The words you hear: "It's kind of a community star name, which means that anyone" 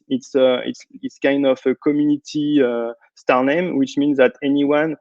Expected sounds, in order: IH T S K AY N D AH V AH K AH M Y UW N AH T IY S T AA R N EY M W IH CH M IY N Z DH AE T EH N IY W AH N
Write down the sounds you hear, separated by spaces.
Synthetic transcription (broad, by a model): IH T S K AY N D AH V AH K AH M Y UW N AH T IY S T AA R N EY M W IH CH M IY N Z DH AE T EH N IY W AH N